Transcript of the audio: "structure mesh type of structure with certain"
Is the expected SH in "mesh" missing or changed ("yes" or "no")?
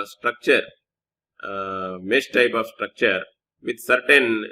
yes